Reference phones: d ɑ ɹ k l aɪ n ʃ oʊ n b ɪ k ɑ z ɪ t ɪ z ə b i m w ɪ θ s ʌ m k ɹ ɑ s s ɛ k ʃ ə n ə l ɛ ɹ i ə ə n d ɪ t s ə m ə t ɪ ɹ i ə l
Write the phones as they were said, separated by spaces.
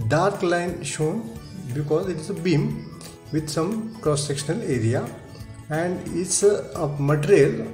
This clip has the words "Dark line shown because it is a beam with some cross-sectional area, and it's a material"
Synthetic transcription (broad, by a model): d ɑ ɹ k l aɪ n ʃ oʊ n b ɪ k ɑ z ɪ t ɪ z ə b i m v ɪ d s ʌ m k ɹ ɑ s s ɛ k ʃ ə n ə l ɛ ɹ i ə ə n d ɪ t s ə m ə t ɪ ɹ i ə l